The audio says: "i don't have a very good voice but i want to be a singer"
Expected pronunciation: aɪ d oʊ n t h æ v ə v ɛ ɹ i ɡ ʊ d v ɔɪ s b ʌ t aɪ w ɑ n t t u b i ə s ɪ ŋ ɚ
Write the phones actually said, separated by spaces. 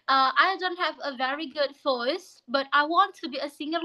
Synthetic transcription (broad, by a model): aɪ d oʊ n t h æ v ə v ɛ ɹ i ɡ ʊ d f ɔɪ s b ʌ t aɪ w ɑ n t t u b i ə s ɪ ŋ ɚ